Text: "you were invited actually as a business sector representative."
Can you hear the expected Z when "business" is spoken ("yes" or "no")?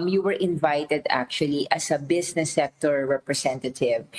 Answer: no